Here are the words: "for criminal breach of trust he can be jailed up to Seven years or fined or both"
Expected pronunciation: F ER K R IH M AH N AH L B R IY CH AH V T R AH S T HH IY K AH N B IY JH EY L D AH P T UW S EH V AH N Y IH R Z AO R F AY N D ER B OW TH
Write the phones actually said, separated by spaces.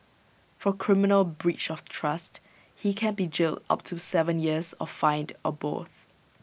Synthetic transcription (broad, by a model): F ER K R IH M AH N AH L B R IY CH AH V T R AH S T HH IY K AH N B IY JH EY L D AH P T UW S EH V AH N Y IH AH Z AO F F AY N D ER B OW TH